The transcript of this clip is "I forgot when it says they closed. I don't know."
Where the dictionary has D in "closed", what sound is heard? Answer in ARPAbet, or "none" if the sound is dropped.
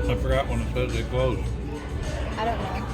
none